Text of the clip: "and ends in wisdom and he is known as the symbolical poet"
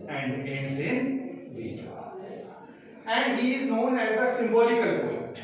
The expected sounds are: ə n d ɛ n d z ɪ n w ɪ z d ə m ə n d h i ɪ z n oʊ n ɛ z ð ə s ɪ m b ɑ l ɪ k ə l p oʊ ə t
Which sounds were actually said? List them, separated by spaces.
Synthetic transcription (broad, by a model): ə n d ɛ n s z ɪ n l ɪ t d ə ə n d h i ɪ z n oʊ n ɛ z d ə s ɪ m b ɑ l ɪ k ə l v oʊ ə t